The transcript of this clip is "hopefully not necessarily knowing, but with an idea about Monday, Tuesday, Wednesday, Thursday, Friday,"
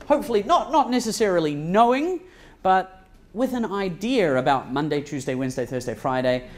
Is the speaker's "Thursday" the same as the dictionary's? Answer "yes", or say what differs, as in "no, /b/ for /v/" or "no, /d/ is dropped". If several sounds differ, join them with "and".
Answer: yes